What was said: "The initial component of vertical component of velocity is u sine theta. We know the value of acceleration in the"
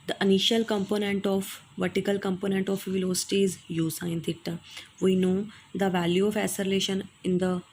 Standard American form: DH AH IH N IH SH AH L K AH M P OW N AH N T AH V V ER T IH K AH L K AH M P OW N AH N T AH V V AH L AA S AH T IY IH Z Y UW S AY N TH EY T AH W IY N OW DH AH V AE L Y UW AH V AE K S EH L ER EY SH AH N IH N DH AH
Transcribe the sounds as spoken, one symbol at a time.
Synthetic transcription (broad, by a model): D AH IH N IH SH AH L K AH M P OW N AH N T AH F V ER T IH K AH L K AH M P OW N AH N T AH F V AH L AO S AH T IY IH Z Y UW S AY N T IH T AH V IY N OW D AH V AE L Y UW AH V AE S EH L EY SH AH N IH N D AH